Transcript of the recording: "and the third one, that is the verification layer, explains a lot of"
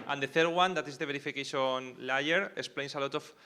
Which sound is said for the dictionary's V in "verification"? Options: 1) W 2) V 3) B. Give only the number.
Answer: 3